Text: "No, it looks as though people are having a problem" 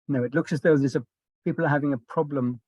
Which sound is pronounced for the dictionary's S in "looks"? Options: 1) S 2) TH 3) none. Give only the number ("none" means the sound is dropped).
1